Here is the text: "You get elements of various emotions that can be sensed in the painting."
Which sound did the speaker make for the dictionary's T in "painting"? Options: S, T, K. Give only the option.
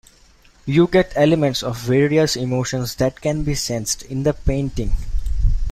T